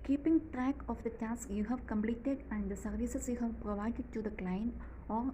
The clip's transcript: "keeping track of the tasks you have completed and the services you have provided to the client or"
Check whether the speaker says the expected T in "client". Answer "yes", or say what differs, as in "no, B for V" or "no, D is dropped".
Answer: no, T is dropped